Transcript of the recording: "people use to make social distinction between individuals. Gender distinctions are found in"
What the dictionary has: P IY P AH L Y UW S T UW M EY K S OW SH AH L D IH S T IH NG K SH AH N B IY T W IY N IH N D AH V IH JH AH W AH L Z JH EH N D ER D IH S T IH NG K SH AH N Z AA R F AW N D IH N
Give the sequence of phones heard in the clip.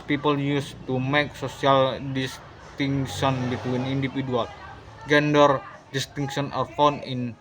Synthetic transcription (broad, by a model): P IY P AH L Y UW S T UW M EY K S OW S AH L D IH S T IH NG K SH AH N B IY T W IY N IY N D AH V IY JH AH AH L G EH N D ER D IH S T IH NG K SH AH N AA R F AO N IH N